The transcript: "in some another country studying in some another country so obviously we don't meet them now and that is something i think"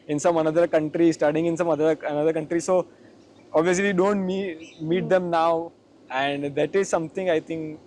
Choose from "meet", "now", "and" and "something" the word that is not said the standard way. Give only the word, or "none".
something